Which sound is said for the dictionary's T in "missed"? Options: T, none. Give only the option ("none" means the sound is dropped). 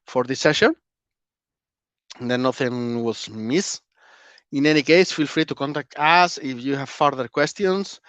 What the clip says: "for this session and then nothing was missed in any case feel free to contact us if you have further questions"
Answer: none